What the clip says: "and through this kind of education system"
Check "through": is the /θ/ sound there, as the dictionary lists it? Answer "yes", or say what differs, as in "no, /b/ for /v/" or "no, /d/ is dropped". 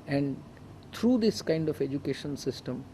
no, /t/ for /θ/